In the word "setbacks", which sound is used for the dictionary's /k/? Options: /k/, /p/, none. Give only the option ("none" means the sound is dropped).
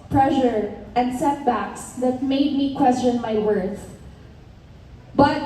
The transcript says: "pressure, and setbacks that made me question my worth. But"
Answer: /k/